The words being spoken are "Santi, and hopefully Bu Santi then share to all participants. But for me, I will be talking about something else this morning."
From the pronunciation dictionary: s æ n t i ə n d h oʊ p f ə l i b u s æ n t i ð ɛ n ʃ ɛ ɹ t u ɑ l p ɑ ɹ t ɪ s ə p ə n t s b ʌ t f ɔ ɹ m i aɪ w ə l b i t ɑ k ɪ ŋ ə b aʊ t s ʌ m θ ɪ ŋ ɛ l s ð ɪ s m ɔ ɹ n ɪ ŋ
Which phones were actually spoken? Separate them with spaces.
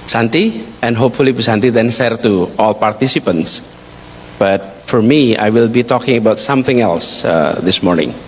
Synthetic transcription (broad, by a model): s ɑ n t i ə n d h oʊ p f ə l i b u s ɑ n t i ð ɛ n s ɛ ɹ t u ɑ l p ɑ ɹ t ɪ s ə p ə n t s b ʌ t f ɔ ɹ m i aɪ w ə l b i t ɑ k ɪ ŋ ə b aʊ t s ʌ m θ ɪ ŋ ɛ l s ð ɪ s m ɔ ɹ n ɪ ŋ